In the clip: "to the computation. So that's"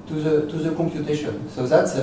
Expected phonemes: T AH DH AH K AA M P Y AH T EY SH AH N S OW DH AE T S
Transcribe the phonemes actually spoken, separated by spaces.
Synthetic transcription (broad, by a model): T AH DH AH K AA M P Y AH T EY SH AH N S OW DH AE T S